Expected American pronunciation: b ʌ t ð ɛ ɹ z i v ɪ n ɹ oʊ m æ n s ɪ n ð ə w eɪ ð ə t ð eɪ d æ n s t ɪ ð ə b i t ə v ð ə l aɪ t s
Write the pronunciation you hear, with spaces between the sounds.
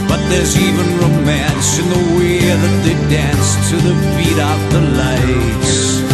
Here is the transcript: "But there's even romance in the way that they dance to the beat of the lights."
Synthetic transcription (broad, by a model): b ʌ t ð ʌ ɹ z i v ɪ n ɹ oʊ m æ n s ɪ n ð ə w eɪ ð ə t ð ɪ d æ n s t ɪ ð ə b i t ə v ð ə l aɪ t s